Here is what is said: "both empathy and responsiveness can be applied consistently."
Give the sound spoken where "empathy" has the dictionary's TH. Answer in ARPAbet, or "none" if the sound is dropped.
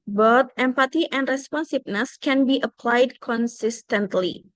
T